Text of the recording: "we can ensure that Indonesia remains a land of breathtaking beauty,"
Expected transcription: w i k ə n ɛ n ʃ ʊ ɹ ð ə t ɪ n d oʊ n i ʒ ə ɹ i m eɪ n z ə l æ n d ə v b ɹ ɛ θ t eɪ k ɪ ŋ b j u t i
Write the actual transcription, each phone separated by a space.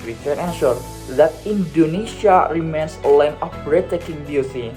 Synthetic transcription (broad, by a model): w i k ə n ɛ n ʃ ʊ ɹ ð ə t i n d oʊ n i ʃ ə ɹ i m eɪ n s ə l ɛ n ə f ɹ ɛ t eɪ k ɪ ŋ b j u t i